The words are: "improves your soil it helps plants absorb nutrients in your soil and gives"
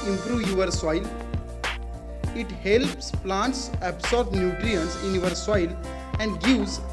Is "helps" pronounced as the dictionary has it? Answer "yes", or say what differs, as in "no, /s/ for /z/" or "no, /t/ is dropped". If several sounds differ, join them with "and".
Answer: yes